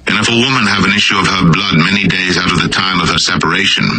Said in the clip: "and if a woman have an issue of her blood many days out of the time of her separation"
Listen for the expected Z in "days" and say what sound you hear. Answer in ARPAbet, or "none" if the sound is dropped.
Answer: Z